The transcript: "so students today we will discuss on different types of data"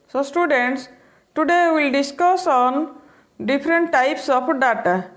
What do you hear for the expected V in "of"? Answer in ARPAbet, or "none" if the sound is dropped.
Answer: P